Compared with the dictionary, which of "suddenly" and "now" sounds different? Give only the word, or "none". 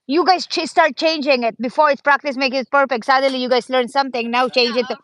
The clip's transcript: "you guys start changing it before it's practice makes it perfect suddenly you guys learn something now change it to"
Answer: suddenly